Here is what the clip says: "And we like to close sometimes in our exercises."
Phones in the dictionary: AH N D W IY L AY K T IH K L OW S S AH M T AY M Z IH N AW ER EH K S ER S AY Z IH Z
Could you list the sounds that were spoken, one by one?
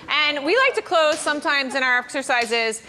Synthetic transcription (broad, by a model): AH N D W IY L AY K T IH K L OW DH S AH M T AY M Z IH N AW ER EH K S ER S AY Z IH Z